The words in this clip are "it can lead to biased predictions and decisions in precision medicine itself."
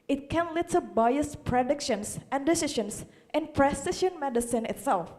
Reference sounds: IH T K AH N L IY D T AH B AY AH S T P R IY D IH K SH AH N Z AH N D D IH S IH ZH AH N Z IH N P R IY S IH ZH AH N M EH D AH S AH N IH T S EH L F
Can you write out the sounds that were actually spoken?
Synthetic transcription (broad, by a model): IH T K AH N L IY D T AH B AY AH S P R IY D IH K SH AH N S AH N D D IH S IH SH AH N S IH N P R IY S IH SH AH N M EH D AH S AH N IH T S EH L F